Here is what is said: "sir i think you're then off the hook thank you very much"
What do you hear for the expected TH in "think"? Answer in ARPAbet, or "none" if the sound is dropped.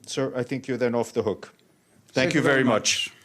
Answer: TH